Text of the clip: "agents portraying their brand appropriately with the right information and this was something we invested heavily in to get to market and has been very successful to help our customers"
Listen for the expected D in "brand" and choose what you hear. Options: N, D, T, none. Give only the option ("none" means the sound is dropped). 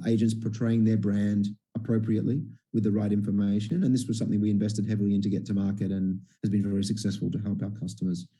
D